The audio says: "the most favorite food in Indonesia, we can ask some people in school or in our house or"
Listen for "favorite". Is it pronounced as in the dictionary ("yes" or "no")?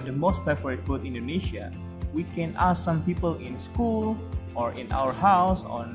no